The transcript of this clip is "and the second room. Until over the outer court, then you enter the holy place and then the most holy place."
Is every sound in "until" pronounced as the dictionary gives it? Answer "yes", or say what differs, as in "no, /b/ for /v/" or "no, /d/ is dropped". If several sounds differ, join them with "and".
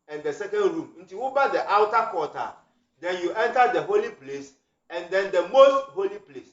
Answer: no, /w/ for /l/